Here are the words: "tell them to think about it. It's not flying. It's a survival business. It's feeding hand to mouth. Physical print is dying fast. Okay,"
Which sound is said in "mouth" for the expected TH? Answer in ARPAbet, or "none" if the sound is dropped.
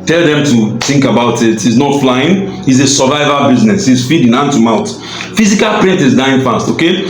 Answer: T